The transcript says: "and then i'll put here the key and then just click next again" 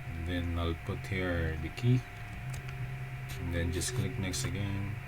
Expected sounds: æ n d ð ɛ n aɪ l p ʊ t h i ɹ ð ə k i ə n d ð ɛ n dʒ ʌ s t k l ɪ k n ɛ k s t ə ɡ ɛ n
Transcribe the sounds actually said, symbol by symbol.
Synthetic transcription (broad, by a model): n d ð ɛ n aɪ l p ʊ t h i ɹ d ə k i ə n d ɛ n dʒ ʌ s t k l ɪ k n ɛ k s t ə ɡ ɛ n